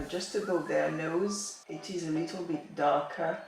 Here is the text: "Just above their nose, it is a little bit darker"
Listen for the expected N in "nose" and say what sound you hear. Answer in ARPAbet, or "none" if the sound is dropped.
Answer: N